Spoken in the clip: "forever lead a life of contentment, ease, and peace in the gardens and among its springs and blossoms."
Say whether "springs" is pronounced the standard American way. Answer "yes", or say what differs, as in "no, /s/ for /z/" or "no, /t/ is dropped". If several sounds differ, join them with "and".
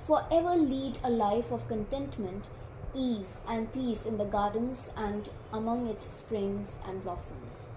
yes